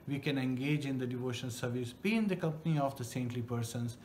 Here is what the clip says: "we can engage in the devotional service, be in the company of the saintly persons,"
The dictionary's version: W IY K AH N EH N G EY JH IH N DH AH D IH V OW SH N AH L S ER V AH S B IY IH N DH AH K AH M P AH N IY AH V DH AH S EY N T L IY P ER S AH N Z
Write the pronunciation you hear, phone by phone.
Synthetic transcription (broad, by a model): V IY K AH N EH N G EY JH IH N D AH D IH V OW SH AH N S ER V AH S B IY IH N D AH K AH M P AH N IY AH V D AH S EY N T L IY P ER S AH N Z